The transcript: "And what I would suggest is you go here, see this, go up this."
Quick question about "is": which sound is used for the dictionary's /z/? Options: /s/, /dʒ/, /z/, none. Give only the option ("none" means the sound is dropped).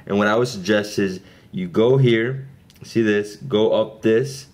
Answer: /z/